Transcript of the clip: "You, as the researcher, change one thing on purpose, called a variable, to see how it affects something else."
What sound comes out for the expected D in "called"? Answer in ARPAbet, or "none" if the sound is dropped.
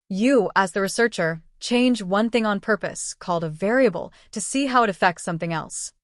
D